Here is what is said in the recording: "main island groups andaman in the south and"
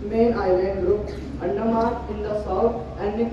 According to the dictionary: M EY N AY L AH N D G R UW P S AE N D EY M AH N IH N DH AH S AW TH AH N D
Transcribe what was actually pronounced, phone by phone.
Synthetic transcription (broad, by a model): M EY N AY L AH N D G R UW P AE N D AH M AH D IH N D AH S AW T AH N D